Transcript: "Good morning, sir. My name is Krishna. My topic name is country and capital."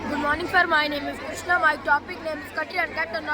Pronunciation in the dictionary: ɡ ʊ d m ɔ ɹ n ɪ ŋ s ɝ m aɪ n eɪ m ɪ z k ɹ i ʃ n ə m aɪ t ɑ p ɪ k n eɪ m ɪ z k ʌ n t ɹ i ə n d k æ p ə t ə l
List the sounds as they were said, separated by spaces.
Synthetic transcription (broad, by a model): ɡ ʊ d m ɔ ɹ n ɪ ŋ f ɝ m aɪ n eɪ m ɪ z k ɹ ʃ n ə m aɪ t ɑ p ɪ k n eɪ m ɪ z k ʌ t i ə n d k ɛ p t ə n